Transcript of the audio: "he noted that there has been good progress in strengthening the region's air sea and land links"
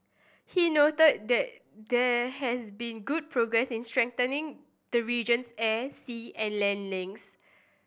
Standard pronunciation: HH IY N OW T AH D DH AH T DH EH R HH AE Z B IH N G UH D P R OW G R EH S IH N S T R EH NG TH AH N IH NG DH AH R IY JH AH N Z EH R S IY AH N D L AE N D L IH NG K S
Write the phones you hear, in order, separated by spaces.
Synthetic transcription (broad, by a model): HH IY N OW T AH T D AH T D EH HH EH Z B IH N G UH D P R OW G R EH S IH N S T R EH NG T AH N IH NG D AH R IY JH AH N S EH S IY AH N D L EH N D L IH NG S